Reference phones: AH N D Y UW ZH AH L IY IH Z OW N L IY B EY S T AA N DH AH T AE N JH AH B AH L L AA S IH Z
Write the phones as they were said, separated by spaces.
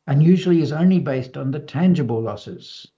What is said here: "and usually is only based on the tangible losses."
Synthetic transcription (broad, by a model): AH N Y UW ZH AH L IY IH Z OW N L IY B EY S T N DH AH T AE N JH AH B AH L L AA S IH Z